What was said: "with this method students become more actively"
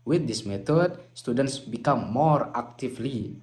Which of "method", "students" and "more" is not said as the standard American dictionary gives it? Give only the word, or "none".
method